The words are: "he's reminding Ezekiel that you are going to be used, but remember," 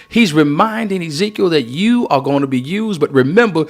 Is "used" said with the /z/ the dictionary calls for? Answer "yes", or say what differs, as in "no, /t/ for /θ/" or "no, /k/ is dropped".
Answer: yes